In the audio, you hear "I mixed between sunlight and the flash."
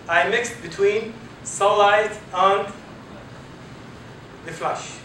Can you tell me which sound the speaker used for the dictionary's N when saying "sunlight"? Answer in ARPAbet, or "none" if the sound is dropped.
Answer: none